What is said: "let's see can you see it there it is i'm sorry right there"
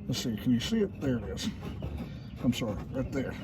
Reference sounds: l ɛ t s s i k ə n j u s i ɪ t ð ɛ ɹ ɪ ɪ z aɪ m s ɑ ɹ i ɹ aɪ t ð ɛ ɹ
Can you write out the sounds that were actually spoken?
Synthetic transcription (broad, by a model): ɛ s s i k ə n j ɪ s i ɪ t ð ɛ ɹ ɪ ɪ z aɪ m s ɑ ɹ i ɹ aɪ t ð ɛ ɹ